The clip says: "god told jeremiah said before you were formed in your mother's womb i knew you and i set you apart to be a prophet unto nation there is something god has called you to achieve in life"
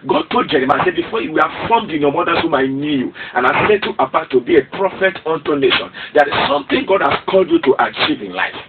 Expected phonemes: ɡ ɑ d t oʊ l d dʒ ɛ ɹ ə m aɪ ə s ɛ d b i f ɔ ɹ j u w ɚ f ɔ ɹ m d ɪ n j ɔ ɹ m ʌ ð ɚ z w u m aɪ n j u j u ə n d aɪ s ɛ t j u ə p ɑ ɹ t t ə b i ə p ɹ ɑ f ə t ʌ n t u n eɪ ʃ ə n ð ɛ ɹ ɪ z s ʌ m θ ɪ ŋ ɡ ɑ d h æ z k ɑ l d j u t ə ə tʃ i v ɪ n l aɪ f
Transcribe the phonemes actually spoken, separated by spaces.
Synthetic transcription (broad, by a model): ɡ ɑ d t oʊ l d dʒ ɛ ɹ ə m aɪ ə s ɛ d b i f ɔ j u w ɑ f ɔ m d ɪ n j ɔ m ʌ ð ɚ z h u m aɪ n j u j u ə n aɪ s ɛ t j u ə b ɑ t t ə b i ə p ɹ ɑ f ə t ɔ n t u n eɪ ʃ ə n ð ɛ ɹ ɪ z s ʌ m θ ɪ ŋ ɡ ɑ d h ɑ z k ɑ l d j u t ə ə tʃ i v ɪ n l aɪ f